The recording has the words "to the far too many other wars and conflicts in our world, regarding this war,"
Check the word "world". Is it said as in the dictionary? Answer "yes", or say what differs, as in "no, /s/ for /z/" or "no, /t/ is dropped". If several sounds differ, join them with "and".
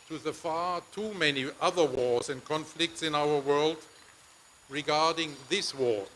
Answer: yes